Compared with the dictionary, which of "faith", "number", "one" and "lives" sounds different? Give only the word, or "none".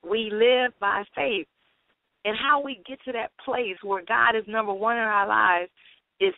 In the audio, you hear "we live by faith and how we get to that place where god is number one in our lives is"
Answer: none